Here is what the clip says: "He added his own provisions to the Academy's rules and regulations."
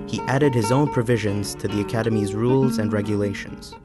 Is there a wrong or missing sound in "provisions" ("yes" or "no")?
no